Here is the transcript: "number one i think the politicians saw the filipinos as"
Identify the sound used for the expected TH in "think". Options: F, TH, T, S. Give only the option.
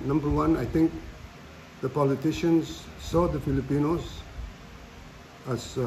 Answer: T